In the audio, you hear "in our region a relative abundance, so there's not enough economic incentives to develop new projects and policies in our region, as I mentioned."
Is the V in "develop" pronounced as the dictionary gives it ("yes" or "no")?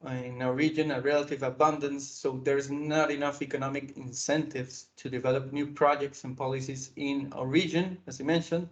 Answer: yes